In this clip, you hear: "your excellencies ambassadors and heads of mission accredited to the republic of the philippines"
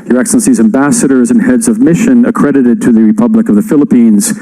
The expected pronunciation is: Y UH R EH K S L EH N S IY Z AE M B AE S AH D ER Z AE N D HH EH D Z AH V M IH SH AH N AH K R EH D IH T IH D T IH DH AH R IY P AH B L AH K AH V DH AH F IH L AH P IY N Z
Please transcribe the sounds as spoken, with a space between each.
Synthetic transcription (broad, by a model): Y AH R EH K S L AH N S IY Z AE M B AE S AH D ER Z N HH EH D Z AH V M IH SH AH N AH K R EH D IH T IH D T IH DH AH R IY P AH B L AH K AH V DH AH F IH L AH P IY N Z